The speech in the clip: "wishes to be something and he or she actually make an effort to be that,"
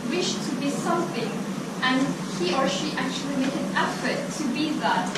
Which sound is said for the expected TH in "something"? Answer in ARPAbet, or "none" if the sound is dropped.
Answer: TH